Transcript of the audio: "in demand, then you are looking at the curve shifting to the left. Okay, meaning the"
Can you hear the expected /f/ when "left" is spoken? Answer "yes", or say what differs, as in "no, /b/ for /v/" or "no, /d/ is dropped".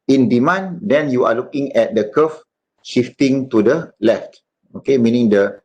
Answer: yes